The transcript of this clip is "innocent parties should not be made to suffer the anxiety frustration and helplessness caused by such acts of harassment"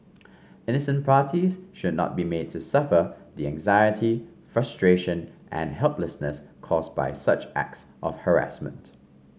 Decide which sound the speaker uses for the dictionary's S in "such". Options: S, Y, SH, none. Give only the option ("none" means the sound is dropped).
S